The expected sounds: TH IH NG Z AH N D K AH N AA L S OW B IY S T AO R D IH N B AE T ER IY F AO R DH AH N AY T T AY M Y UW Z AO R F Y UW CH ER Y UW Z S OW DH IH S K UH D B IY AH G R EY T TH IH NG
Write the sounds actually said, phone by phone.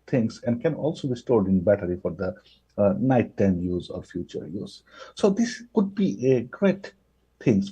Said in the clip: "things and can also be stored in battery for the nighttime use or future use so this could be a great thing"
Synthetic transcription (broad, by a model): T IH NG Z AH N D K AH N AA L S OW B IY S T AO R D IH N B AE T ER IY F AO R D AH N AY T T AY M Y UW Z AO R F Y UW CH ER Y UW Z S OW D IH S K UH D B IY AH G R EY T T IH NG